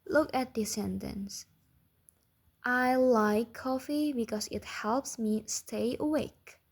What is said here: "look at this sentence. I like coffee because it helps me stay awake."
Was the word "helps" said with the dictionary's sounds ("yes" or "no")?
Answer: yes